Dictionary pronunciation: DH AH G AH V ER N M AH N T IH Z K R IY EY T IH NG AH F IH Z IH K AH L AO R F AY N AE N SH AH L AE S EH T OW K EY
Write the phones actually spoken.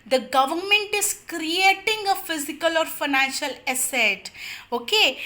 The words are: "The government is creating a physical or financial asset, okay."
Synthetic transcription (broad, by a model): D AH G AH V ER N M AH N T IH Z K R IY EY T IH NG AH F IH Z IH K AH L AO R F AY N AE N SH AH L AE S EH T OW K EY